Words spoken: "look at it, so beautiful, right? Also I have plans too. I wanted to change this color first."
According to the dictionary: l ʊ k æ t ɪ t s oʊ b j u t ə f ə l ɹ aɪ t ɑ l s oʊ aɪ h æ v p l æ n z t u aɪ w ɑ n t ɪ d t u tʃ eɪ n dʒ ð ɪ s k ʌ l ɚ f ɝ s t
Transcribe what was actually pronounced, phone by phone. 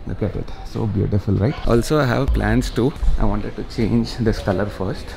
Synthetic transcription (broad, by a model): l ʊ k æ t ɪ t s oʊ b j u t ə f ə l ɹ aɪ t ɑ l s oʊ aɪ h æ v p l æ n s t u aɪ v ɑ n t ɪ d t u tʃ eɪ n dʒ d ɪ s k ʌ l ɚ f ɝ s t